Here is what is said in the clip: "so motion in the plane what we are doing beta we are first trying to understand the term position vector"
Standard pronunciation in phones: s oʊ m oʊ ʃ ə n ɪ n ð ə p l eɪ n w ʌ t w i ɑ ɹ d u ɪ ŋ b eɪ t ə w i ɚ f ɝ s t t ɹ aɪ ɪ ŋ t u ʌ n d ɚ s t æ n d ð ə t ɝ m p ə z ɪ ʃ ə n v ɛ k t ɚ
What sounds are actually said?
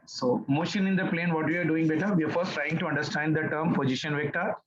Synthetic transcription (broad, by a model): s oʊ m oʊ ʃ ə n ɪ n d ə p l eɪ n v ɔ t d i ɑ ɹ d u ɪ ŋ b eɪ t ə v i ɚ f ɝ s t t ɹ aɪ ɪ ŋ t u ʌ n d ɚ s t æ n d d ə t ɝ m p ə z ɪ ʃ ə n v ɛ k t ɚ